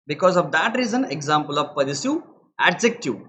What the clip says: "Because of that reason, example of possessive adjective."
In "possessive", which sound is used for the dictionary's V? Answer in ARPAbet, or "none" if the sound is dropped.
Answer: none